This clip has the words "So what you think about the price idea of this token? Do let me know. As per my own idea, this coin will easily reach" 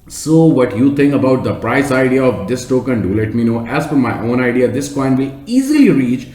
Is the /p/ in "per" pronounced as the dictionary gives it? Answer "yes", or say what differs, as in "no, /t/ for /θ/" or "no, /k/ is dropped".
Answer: no, /f/ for /p/